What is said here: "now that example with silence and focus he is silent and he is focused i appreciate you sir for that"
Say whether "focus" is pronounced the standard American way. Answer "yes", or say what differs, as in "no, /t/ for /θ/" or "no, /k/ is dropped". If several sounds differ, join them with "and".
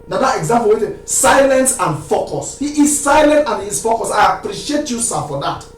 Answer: yes